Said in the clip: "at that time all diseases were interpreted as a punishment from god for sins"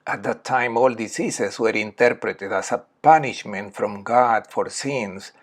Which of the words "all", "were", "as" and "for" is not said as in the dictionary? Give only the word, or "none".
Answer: as